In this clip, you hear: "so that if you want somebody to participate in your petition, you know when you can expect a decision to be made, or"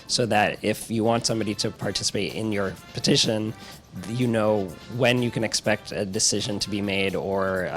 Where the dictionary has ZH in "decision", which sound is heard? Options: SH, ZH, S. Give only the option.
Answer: ZH